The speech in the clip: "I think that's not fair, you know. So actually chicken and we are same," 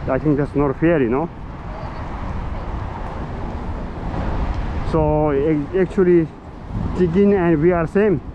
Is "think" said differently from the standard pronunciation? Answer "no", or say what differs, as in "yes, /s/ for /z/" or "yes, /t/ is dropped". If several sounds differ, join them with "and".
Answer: yes, /t/ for /θ/